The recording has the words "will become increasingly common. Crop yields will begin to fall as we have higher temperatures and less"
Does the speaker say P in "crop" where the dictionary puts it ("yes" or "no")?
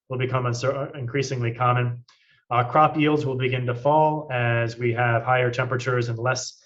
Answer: yes